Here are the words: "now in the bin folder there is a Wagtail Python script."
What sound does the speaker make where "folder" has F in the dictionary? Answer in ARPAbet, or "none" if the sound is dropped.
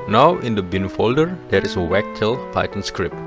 F